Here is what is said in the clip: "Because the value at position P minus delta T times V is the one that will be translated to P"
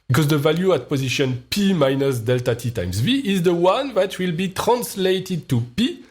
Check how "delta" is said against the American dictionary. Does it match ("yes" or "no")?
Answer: yes